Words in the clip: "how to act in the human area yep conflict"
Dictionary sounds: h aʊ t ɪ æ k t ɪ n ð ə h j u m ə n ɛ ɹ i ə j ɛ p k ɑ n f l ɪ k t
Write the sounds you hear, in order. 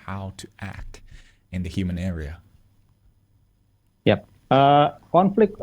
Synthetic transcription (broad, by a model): h aʊ t ɪ æ k t ɪ n ð ə h j u m ə n ɛ ɹ i ə j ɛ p k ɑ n f l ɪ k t